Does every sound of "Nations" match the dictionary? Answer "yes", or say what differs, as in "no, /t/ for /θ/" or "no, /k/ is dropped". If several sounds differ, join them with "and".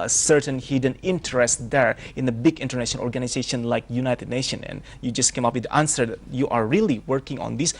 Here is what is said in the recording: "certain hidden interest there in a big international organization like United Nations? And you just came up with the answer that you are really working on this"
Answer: no, /z/ is dropped